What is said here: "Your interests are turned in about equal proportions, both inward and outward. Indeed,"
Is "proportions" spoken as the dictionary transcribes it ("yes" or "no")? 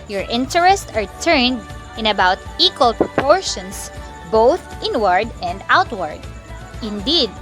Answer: no